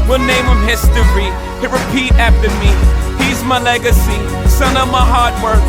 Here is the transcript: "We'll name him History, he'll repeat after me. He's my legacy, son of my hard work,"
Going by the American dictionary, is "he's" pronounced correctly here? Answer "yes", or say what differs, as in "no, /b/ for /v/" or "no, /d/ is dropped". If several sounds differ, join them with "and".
yes